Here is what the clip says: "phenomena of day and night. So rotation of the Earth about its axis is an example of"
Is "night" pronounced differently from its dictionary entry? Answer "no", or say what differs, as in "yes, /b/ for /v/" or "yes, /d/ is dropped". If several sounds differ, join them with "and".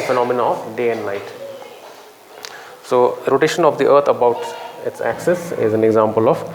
yes, /l/ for /n/